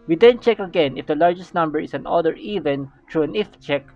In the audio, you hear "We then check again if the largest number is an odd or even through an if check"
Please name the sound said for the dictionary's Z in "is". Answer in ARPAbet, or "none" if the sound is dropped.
S